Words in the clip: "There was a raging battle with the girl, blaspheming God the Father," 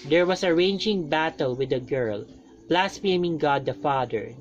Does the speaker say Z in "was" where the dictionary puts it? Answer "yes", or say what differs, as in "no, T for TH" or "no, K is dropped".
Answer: no, S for Z